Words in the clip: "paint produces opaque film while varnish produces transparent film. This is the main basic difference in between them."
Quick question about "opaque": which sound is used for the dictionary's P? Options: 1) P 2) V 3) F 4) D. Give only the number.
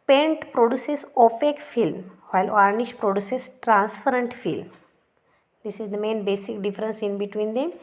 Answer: 3